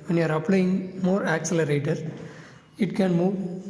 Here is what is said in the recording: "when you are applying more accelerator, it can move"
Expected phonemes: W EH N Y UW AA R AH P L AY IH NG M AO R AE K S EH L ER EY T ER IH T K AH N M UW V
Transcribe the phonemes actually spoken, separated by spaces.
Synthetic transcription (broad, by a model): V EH N Y UW AA R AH P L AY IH NG M AO R AE K S EH L ER EY T ER IH T K AH N M UW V